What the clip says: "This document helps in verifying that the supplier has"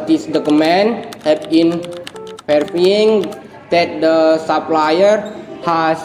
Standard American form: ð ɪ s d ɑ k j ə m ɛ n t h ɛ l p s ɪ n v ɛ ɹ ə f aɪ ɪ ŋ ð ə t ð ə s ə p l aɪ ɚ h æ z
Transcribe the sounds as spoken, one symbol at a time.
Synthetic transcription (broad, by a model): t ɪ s d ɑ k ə m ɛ n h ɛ p ɪ n f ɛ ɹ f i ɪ ŋ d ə t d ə s ə p l aɪ ɚ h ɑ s